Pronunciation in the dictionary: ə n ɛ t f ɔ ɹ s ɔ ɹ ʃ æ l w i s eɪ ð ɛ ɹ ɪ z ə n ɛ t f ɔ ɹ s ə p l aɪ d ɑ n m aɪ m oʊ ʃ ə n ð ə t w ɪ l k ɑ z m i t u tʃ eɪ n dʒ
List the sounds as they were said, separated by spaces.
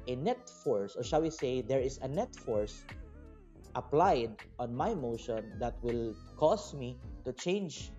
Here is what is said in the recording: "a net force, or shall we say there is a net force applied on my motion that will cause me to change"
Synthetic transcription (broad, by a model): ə n ɛ t f ɔ ɹ s ɔ ɹ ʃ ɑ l w i s eɪ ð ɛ ɹ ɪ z ə n ɛ t f ɔ ɹ s ə p l aɪ d ɑ n m aɪ m oʊ ʃ ə n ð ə t w ɪ l k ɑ s m i t u tʃ eɪ n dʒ